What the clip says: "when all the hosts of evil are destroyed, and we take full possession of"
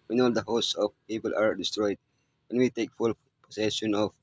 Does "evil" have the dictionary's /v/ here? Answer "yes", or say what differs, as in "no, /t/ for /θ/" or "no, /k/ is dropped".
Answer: no, /p/ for /v/